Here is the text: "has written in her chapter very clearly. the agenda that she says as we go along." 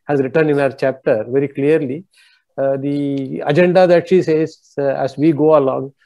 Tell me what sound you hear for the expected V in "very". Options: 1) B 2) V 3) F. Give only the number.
2